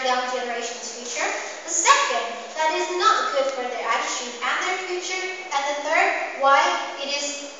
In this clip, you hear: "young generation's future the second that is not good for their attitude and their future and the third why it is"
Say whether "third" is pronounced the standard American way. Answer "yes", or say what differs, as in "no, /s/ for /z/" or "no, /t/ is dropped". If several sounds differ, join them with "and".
yes